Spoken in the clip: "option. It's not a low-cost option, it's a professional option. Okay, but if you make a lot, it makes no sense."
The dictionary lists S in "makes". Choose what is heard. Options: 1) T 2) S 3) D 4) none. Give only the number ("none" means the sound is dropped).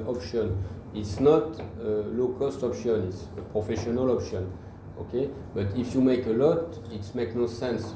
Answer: 4